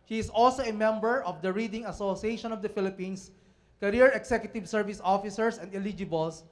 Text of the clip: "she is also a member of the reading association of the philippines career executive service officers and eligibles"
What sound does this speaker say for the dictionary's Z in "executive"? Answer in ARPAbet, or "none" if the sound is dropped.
S